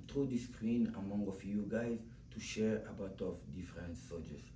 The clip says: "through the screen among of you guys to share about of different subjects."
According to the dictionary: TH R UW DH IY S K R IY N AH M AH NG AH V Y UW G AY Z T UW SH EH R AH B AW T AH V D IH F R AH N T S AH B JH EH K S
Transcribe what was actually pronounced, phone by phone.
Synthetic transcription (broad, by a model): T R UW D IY S K R IY N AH M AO NG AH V Y UW G AY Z T UW SH EH R AH B AW T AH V D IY F R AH N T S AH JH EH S